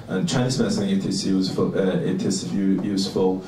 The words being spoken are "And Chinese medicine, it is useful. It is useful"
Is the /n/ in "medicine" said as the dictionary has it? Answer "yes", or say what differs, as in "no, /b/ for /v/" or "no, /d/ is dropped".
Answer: no, /n/ is dropped